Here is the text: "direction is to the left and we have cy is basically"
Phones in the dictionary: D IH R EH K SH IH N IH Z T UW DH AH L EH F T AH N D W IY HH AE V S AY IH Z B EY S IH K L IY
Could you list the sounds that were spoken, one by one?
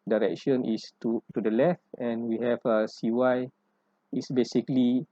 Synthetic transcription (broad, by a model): D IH R EH K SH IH N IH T T UW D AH L EH F T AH N W IY HH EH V S AY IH S B EY S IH K L IY